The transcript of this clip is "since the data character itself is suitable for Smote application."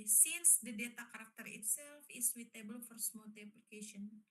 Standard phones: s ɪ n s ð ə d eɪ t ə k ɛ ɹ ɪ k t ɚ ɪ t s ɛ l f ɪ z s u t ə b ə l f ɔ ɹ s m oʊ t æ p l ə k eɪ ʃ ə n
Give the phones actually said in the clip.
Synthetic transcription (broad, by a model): s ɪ n s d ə d eɪ t ə k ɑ ɹ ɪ k t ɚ ɪ t s ɛ l f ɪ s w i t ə b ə l f ɔ ɹ s m oʊ t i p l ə k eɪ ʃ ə n